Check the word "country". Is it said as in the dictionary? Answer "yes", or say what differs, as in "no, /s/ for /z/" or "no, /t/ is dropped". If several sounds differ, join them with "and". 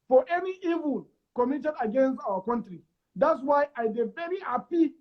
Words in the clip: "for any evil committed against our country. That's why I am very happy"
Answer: yes